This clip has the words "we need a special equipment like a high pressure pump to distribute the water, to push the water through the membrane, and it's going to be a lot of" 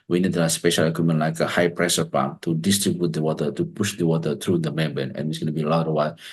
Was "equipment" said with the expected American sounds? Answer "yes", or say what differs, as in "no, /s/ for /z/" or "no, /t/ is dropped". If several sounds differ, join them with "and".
no, /p/ is dropped